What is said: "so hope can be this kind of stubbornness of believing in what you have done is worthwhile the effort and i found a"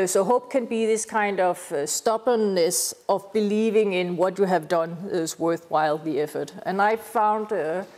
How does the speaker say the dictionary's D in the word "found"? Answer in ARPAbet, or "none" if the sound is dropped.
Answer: D